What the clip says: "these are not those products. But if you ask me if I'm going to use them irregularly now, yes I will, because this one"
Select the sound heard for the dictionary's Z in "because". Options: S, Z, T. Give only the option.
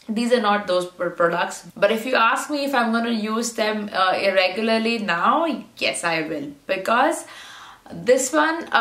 Z